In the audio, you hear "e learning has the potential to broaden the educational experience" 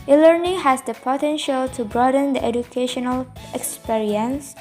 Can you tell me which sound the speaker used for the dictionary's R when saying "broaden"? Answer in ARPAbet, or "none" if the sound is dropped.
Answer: R